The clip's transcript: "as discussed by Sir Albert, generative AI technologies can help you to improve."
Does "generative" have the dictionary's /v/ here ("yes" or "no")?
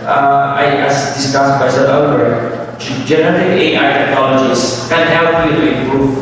no